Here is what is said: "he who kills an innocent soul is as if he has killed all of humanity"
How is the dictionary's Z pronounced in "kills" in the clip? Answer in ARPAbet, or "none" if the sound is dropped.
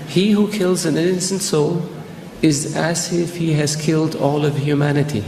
Z